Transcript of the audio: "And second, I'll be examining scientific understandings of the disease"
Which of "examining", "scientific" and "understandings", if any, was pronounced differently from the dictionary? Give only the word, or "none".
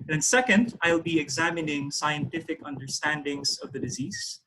none